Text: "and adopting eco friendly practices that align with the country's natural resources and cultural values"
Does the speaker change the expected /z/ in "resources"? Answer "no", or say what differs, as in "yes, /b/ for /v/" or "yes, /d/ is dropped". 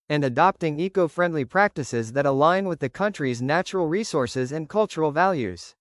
no